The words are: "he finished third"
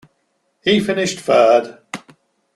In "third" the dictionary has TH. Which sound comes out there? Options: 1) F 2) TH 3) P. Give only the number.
1